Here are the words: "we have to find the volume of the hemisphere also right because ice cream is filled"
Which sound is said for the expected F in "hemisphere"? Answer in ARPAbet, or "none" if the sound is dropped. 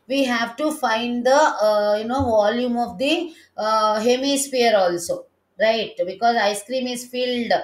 P